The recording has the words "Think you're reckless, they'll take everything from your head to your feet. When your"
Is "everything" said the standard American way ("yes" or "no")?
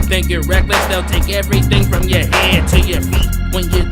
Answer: yes